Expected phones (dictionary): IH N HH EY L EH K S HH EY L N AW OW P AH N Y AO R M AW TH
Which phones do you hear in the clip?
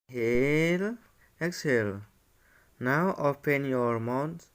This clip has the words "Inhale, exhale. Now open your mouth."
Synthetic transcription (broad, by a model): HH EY L EH K S HH EY L N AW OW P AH N Y AO R M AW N